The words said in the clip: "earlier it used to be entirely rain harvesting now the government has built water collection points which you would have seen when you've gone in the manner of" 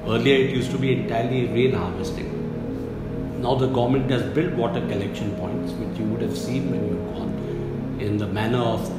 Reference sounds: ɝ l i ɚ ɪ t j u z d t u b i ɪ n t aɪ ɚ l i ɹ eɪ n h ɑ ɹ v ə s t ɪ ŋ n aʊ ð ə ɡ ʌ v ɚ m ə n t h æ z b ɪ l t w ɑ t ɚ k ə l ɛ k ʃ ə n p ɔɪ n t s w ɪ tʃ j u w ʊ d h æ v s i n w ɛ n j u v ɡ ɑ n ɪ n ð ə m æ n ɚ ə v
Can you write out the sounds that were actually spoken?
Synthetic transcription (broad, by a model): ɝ l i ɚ ɪ t j u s t u b i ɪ n t aɪ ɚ l i ɹ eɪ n h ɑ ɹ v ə s t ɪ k n aʊ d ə ɡ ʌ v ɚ m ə n t h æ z b ɪ l t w ɑ t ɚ k ə l ɛ k ʃ ə n p ɔɪ n t s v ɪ tʃ j u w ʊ d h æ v s i n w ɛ n j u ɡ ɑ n ɪ n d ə m æ n ɚ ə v